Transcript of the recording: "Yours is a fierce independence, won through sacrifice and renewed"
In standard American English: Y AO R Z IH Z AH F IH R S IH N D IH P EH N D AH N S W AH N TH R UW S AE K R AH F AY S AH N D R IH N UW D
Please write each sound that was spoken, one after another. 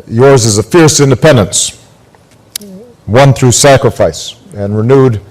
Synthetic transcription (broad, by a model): Y AO R Z IH Z AH F IH R S IH N D IH P EH N D AH N S W AH N TH R UW S AE K R AH F AY S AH N R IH N UW D